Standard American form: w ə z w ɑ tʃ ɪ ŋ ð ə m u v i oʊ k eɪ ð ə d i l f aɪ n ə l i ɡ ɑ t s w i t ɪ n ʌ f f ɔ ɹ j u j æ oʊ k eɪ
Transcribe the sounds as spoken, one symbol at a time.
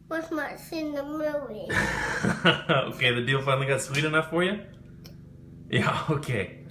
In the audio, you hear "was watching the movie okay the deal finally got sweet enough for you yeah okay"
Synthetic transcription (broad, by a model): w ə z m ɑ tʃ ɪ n ð ə m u i oʊ k eɪ ð ə d i l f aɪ ə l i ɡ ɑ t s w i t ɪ n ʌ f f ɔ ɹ j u j æ oʊ k eɪ